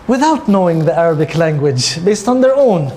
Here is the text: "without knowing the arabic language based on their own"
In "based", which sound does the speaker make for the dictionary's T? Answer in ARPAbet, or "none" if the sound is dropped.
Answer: T